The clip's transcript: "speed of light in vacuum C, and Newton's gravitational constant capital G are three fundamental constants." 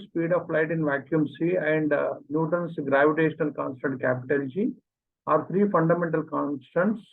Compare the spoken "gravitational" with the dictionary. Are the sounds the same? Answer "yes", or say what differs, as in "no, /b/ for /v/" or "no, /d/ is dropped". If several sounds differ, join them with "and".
yes